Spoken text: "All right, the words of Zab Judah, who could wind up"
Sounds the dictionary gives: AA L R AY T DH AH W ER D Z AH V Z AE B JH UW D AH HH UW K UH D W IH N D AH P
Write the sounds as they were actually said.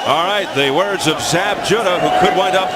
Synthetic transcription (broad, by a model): AA L R AY T DH AH W ER D Z AH V Z AE B JH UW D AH HH UW K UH D W IH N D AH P